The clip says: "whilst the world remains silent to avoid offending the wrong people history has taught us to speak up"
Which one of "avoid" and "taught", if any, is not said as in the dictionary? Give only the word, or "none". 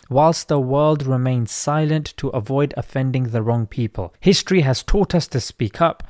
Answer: none